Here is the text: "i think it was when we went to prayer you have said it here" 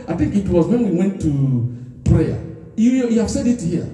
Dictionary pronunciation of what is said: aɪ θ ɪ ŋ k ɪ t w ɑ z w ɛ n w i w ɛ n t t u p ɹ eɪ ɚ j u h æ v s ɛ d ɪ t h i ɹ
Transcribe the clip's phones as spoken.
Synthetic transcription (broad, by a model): aɪ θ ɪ ŋ k ɪ t w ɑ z w ɛ n w i w ɛ n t t u p ɹ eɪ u j u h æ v s ɛ d ɪ t h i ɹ